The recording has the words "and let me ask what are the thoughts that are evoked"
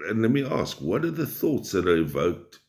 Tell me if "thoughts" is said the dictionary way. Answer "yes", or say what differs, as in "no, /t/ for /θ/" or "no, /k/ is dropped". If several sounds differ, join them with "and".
yes